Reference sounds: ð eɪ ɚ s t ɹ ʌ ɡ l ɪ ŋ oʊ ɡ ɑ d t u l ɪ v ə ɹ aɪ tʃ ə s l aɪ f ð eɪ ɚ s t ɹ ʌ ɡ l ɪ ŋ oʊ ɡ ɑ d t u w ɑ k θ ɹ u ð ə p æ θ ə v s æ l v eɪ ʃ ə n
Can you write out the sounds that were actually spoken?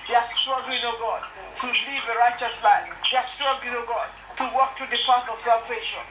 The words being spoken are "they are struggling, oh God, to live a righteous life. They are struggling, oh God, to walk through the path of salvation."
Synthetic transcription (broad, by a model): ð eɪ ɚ s t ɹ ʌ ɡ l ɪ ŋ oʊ ɡ ɑ d t u l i v ə ɹ aɪ tʃ ə s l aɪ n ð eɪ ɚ s t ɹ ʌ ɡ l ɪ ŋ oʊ ɡ ɑ d t u w ɑ k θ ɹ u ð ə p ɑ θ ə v s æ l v eɪ ʃ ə n